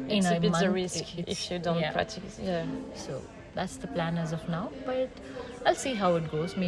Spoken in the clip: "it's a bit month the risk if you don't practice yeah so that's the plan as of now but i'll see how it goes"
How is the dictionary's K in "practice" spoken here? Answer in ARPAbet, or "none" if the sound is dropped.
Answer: none